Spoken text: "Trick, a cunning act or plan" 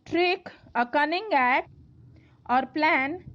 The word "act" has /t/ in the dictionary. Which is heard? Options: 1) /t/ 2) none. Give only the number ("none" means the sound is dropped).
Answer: 2